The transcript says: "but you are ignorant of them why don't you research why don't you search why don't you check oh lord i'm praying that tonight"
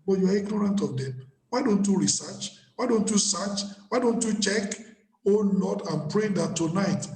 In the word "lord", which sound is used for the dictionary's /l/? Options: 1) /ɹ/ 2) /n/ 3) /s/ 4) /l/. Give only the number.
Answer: 2